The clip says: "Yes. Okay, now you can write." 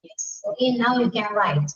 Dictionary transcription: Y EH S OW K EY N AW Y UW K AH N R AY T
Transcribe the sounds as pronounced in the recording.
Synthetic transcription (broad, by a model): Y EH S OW EY N AW Y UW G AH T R AY T